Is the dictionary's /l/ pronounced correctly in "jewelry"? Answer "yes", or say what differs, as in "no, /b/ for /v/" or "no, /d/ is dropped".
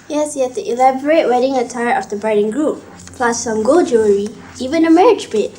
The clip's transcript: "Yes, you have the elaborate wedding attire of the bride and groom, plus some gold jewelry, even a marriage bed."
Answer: no, /l/ is dropped